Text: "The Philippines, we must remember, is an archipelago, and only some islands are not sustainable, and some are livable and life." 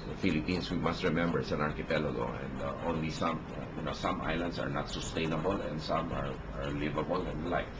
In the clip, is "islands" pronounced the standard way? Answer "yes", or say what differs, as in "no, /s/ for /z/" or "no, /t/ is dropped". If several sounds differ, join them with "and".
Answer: no, /s/ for /z/